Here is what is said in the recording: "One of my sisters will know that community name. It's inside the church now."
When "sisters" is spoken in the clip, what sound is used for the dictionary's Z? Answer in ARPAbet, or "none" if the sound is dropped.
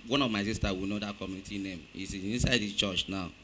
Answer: none